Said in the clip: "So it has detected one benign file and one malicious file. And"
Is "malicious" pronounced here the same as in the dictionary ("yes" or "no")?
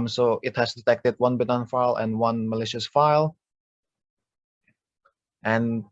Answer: yes